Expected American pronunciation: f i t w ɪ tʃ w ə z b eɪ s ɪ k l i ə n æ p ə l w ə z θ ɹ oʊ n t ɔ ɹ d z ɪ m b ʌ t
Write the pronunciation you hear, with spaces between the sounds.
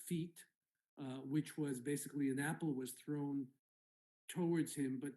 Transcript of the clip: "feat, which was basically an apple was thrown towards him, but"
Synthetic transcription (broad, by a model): f i t w ɪ tʃ w ə z b eɪ s ɪ k l i ə n æ p l w ə z θ ɹ oʊ n t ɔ ɹ d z ɪ m b ʌ t